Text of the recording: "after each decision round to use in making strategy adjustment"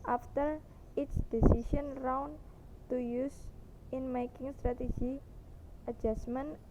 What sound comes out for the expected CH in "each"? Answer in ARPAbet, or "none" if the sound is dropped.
S